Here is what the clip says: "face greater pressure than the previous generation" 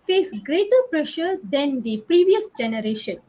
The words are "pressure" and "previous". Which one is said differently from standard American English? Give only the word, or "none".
none